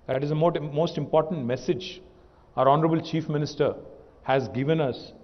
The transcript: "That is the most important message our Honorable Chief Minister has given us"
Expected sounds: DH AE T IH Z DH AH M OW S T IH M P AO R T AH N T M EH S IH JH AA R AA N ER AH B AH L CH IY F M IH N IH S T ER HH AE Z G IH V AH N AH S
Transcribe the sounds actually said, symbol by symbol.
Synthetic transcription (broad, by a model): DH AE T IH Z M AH M OW S T IH M P AO R T AH N T M EH S IH JH AA R AA N ER AH B AH L CH IY F M IH N IH S T ER HH AE Z G IH V AH N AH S